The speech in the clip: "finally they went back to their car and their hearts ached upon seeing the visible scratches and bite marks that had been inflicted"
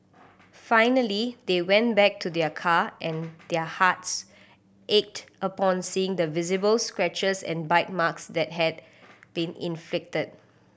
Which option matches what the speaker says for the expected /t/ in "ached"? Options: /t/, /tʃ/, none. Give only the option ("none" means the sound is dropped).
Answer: /t/